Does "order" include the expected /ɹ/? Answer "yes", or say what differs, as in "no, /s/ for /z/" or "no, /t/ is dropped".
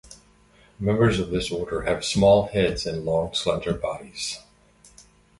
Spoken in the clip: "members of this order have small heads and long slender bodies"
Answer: yes